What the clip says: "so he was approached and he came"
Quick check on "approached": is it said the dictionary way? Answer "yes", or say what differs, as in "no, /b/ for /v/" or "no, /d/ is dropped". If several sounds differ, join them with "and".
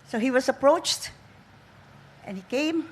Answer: yes